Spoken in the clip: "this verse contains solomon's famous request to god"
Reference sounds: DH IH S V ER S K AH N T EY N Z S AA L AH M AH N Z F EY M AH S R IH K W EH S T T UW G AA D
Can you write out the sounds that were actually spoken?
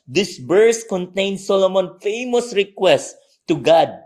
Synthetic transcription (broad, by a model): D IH S B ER S K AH N T EY N S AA L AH M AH N F EY M AH S R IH K W EH S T T UW G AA D